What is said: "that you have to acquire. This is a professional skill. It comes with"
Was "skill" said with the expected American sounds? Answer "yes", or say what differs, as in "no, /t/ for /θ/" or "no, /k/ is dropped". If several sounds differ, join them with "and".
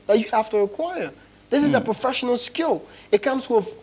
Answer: yes